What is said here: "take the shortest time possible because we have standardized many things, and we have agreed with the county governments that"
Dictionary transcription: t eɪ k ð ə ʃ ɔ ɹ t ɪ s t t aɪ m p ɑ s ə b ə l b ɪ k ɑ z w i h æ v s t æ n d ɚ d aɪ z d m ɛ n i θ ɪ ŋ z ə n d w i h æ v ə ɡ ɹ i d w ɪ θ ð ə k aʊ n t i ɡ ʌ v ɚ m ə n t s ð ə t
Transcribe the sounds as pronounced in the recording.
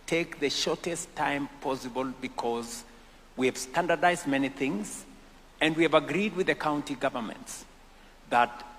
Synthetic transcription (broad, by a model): t eɪ k ð ə ʃ ɔ ɹ t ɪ s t t aɪ m p ɑ s ə b ə l b ɪ k ɑ z w i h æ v s t æ n d ɚ d aɪ z d m ɛ n i θ ɪ ŋ z ə n d w i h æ v ə ɡ ɹ i d w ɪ ð ə k aʊ n t i ɡ ʌ v ɚ m ə n t s ð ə t